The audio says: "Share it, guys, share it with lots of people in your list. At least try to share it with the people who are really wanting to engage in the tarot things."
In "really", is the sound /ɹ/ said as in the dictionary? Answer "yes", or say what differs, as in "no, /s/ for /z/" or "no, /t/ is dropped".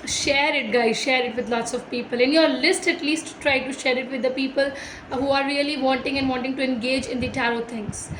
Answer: no, /l/ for /ɹ/